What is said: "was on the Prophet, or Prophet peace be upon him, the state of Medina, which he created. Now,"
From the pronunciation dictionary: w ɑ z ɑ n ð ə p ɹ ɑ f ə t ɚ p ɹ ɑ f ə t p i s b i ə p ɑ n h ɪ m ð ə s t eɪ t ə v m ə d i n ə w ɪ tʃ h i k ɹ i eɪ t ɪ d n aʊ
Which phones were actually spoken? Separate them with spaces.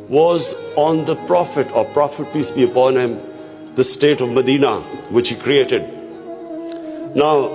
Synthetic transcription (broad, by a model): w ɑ z ɑ n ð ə p ɹ ɑ f ə t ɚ p ɹ ɑ f ə t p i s b i ə p ɑ n h ɪ m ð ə s t eɪ t ə v m ə d i n ə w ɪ tʃ h i k ɹ i eɪ t ɪ d n aʊ